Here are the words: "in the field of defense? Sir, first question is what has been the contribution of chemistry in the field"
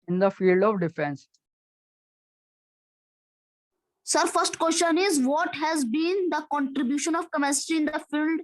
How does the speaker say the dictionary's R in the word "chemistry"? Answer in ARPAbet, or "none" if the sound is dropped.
none